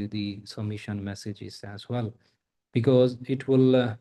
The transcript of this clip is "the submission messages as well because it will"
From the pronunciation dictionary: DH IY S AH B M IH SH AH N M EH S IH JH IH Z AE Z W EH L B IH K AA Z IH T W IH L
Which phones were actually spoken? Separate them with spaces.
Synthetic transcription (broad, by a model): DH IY S AH B M IH SH AH N M EH S IH JH IH Z AE Z W EH L B IH K AA Z IH T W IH L